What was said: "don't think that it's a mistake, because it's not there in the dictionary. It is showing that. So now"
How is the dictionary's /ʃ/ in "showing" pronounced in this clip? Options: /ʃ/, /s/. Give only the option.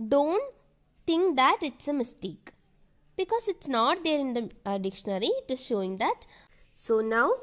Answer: /ʃ/